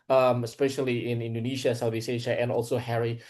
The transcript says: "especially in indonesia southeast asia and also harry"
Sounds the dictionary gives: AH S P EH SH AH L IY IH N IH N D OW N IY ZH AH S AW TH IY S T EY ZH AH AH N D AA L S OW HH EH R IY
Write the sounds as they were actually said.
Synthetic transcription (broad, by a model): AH S P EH SH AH L IY IH N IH N D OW N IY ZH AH S AW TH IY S EY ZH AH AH N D AA L S OW HH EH R IY